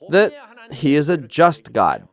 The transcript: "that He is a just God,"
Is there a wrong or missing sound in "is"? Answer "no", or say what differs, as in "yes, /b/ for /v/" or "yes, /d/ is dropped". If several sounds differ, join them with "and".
no